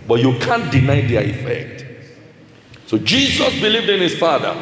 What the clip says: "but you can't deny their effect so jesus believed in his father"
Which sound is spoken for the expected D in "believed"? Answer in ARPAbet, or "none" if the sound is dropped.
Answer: D